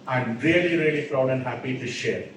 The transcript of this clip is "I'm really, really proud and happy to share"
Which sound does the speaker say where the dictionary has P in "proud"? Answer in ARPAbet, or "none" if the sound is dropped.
F